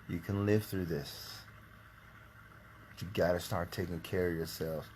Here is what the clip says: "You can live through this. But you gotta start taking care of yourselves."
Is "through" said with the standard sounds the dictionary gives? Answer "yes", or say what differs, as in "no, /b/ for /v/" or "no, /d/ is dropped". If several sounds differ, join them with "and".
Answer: yes